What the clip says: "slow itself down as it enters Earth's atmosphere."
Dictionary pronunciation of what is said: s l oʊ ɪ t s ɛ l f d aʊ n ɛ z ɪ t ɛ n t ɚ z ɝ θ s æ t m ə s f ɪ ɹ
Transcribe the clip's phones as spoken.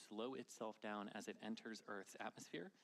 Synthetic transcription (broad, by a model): s l oʊ ɪ t s ɛ l f d aʊ n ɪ z ɪ t ɛ n t ɚ z ɝ θ s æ t m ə s f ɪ ɹ